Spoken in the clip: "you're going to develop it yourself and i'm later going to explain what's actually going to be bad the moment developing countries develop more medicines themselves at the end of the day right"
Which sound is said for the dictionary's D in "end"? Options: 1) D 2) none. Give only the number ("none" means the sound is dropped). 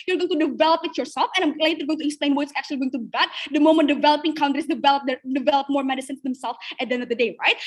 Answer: 2